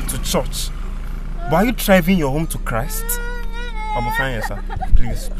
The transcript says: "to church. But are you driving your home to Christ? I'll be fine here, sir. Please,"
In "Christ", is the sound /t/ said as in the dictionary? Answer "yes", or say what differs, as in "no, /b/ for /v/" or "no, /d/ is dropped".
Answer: yes